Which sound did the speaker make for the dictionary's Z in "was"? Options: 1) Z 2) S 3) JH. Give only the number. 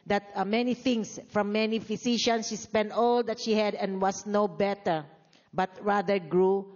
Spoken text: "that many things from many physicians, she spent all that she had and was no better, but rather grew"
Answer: 2